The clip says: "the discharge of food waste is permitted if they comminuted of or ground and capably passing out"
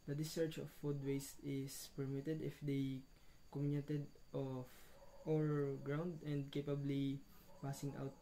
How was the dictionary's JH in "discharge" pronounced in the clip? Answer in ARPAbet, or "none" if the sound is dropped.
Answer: CH